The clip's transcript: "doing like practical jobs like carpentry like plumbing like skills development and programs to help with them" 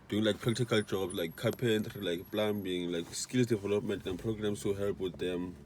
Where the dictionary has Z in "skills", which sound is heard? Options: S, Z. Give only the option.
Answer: S